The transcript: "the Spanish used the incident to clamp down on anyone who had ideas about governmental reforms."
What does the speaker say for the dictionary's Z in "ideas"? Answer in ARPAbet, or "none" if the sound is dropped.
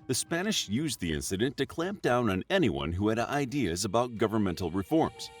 Z